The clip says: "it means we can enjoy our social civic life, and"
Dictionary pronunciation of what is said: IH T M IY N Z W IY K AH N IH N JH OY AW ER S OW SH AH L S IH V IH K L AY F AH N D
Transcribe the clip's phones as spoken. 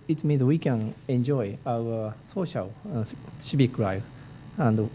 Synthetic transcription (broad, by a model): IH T M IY N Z W IY K AH N IH N JH OY AW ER S OW SH AH L SH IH B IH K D AY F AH N D